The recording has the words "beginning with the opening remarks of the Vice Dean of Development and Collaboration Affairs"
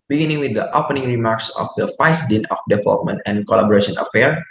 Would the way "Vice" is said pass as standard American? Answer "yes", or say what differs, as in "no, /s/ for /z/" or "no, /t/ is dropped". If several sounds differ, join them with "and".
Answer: no, /f/ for /v/